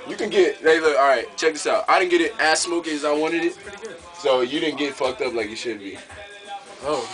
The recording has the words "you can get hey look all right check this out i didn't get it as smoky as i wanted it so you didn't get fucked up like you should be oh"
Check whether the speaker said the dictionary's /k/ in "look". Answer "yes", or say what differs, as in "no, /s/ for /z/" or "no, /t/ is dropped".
no, /k/ is dropped